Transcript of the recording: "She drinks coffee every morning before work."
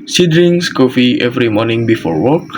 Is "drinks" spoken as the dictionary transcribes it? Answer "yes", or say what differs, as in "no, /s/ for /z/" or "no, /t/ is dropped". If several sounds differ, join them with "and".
no, /k/ is dropped